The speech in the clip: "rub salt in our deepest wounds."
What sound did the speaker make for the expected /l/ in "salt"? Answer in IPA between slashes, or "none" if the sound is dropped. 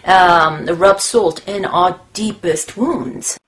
/l/